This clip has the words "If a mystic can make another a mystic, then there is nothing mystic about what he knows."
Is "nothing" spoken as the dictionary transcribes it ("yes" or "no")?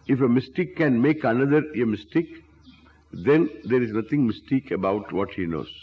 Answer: no